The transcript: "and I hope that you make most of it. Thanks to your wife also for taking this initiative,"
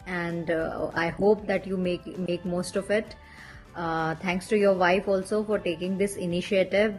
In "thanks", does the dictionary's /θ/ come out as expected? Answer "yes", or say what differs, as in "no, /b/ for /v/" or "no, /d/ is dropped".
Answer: no, /t/ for /θ/